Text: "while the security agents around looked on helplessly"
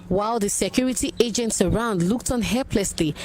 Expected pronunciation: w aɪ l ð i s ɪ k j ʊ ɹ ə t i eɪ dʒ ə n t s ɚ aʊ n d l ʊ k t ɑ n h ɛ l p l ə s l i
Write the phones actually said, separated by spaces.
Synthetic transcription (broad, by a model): w aɪ l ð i s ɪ k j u ɹ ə t i eɪ dʒ ə n t s ɚ aʊ n d l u k t ɑ n h ɛ l p l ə s l i